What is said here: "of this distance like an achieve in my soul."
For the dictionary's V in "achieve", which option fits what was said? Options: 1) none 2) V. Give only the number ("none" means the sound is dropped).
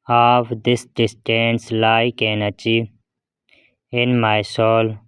1